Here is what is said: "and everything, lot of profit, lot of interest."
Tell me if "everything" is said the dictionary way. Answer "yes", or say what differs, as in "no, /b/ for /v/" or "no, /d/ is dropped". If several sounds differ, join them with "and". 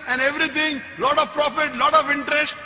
no, /t/ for /θ/